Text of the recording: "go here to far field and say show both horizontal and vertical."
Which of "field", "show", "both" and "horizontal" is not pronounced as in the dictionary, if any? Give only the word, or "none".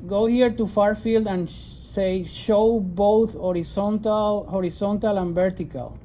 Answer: horizontal